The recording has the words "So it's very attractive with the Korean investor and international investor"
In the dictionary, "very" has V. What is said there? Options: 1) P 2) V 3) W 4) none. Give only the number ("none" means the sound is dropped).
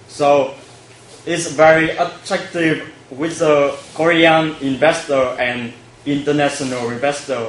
2